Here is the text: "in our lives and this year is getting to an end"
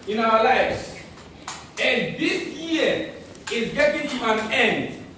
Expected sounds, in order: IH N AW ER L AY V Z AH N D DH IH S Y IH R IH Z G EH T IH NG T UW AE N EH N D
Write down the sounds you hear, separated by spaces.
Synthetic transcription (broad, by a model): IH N AW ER L AY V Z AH N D DH IH S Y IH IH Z G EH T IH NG T UW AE N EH N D